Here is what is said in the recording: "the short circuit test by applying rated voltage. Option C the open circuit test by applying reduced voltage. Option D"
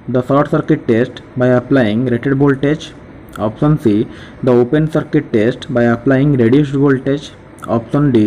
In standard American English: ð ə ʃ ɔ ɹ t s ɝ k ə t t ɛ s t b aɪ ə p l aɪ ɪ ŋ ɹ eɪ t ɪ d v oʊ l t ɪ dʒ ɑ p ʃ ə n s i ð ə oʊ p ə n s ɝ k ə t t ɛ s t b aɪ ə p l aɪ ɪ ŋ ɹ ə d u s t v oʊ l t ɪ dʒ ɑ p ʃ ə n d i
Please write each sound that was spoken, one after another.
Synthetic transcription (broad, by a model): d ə s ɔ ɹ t s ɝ k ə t t ɛ s t b aɪ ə p l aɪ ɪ ŋ ɹ eɪ t ɪ d b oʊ l t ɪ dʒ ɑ p s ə n s i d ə oʊ p ə n s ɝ k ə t t ɛ s t b aɪ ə p l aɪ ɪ ŋ ɹ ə d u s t b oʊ l t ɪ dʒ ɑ p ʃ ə n d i